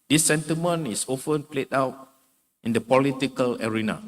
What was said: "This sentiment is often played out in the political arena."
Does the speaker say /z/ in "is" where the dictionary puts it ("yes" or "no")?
no